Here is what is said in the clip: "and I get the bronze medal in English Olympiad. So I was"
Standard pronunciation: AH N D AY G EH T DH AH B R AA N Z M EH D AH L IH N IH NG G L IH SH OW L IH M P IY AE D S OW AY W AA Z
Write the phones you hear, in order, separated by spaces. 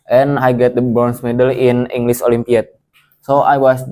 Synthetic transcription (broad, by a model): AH N AY G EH T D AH B AA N S M EH D AH L IH N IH NG G L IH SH OW L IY M P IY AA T S OW AY W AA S